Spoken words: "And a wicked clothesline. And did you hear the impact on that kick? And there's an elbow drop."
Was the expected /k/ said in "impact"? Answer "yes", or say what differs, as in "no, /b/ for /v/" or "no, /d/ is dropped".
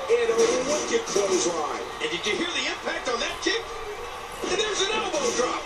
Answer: yes